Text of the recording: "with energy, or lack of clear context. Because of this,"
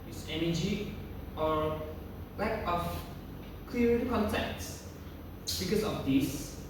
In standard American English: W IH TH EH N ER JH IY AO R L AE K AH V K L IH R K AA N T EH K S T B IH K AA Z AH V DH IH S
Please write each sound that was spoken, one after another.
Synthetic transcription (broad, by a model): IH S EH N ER JH IY AO R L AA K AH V K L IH R K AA N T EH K T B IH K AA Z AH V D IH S